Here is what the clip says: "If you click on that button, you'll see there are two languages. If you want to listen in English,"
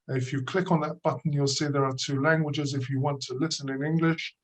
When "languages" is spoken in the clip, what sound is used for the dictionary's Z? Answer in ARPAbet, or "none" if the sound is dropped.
Z